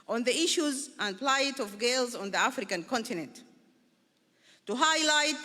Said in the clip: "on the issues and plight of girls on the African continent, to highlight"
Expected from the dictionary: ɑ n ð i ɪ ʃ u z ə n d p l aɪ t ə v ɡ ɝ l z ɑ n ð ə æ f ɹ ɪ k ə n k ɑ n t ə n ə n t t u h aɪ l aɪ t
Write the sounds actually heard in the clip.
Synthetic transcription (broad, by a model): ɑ n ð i ɪ ʃ u z ə n d p l aɪ t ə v ɡ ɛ l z ɑ n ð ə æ f ɹ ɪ k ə n k ɑ n t ə n ə n t t u h aɪ l aɪ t